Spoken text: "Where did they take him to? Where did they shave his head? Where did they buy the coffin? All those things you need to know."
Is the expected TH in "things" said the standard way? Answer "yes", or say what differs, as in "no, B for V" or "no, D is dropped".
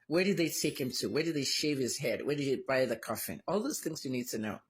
yes